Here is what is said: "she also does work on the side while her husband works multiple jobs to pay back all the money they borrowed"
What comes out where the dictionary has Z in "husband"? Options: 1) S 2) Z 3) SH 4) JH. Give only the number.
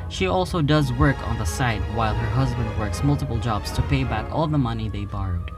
2